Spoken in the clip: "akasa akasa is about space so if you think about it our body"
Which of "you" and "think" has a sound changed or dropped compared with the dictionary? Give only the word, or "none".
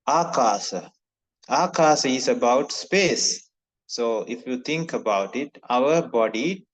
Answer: think